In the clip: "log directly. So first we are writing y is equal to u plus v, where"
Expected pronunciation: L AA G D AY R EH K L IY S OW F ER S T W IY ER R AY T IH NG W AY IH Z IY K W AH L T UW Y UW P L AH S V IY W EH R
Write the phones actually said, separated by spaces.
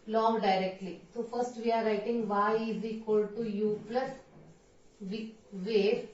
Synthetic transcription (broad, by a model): L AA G D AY R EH K L IY S OW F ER S T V IY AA R AY T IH NG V AY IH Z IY K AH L T UW Y UW P L AH S V IY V EH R